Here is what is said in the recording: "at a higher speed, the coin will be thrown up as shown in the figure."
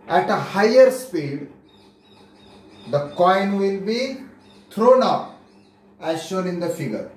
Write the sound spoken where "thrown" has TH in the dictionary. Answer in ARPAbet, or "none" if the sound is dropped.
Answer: T